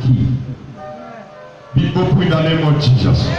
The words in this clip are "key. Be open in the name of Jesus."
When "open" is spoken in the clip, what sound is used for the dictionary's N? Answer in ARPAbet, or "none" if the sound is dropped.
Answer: none